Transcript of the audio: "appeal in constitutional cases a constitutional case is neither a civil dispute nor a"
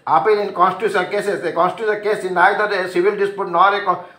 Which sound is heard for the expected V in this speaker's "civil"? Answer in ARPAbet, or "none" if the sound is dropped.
B